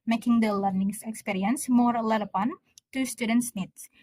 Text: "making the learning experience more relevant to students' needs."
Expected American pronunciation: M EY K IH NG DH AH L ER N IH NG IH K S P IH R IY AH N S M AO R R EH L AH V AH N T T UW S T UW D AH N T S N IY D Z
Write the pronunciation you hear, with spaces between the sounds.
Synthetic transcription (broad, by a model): M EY K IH NG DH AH L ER N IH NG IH K S P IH R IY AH N S M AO R L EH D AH P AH N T T UW S T UW D AH N T S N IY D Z